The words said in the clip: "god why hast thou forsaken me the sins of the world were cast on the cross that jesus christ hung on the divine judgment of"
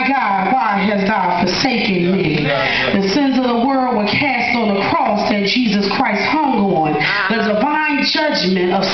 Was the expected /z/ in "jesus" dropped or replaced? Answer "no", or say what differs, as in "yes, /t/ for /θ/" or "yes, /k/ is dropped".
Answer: no